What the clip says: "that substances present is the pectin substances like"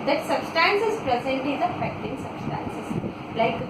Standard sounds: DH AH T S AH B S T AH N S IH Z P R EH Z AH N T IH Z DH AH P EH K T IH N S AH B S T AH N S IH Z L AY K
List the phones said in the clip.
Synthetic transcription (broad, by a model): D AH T S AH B S T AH N S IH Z P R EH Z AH N T IH Z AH F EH K T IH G S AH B S T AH N S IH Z L AY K